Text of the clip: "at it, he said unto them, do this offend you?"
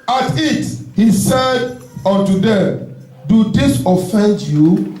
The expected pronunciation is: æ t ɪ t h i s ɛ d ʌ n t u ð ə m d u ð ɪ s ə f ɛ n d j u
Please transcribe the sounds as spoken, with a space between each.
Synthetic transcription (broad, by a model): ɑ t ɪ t h i s ɛ d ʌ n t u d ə d u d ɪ s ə f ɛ n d j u